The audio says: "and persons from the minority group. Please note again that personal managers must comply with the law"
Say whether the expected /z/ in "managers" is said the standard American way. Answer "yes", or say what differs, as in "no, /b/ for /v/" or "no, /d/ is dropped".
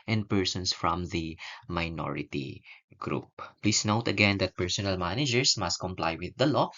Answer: no, /s/ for /z/